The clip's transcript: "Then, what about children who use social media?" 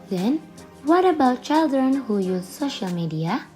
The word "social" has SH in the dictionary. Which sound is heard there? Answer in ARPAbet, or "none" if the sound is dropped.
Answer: SH